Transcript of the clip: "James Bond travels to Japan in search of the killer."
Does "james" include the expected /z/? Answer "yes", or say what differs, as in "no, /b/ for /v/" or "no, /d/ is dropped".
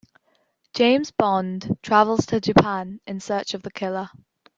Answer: yes